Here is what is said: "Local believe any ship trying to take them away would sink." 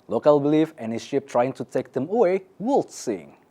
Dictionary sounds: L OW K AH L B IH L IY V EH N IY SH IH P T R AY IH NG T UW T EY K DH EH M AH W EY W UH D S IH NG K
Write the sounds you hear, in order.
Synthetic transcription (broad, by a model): L OW K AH L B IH L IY F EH N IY SH IH P T R AY IH NG T UW T EY K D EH M AH W EY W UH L S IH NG